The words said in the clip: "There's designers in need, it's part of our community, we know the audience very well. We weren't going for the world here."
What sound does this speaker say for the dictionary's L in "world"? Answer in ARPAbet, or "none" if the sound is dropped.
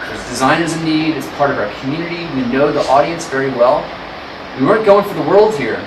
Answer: L